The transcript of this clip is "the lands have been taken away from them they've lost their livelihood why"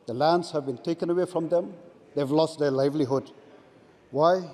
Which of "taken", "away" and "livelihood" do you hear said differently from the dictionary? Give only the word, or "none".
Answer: none